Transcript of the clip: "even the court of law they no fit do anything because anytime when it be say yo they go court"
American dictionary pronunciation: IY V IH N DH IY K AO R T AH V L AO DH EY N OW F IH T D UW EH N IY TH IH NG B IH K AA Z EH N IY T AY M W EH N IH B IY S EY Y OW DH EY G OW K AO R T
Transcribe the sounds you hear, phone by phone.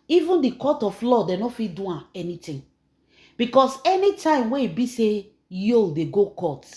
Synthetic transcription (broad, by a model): IY V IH N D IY K AO T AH F L AO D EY N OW F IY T D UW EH N IY T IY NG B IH K AA S EH N IY T AY M W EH IH B IY S EY Y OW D EY G OW K AO T